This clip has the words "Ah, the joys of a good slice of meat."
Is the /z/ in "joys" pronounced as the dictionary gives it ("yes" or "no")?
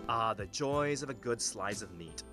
yes